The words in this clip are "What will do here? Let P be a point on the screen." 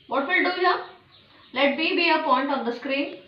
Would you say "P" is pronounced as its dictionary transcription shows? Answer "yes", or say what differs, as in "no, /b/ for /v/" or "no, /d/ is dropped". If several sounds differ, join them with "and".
no, /b/ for /p/